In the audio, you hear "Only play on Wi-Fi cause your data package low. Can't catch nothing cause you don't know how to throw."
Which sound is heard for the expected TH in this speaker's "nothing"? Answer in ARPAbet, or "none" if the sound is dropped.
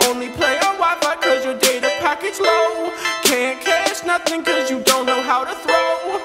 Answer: TH